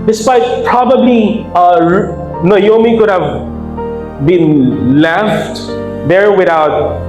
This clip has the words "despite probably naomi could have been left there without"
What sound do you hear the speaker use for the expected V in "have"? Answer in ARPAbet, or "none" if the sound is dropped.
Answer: V